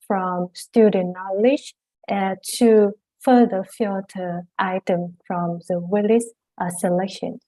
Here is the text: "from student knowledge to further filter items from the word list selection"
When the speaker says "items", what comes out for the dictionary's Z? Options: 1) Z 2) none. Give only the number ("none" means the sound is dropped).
2